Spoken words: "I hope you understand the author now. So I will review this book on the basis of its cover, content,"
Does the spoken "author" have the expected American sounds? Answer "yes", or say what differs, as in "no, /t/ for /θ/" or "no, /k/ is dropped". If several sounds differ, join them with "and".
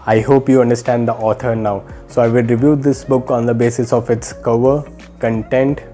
no, /t/ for /θ/